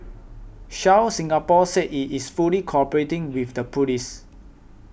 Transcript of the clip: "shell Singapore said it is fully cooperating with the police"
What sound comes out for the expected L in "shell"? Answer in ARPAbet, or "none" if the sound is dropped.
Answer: W